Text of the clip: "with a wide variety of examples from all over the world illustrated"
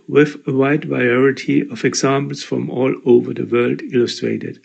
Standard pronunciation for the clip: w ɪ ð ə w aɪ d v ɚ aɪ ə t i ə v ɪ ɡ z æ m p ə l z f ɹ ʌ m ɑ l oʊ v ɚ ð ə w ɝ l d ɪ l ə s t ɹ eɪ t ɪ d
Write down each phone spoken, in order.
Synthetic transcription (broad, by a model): w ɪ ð ə w aɪ d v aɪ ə t i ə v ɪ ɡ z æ m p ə l s f ɹ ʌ m ɑ l oʊ v ɚ ð ə w ɝ l d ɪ l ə s t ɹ eɪ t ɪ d